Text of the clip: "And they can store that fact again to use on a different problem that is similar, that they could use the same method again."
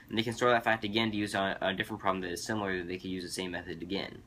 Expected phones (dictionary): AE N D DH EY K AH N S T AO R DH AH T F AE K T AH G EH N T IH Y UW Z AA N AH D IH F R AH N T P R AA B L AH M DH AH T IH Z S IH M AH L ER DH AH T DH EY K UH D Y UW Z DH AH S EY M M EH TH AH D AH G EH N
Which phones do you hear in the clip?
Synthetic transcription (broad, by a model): N DH EY K AH N S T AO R DH AH T F AE K T AH G EH N T IH Y UW Z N AH D IH F R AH N P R AA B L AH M DH AH T IH Z S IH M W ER DH AH T DH EY K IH Y UW Z DH AH S EY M M EH TH AH D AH G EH N